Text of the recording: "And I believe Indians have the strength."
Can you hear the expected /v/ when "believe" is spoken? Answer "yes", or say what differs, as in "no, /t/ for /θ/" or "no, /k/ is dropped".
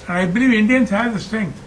yes